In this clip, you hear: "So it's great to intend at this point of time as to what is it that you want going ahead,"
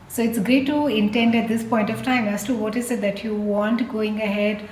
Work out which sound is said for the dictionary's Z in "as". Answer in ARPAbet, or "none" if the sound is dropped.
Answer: S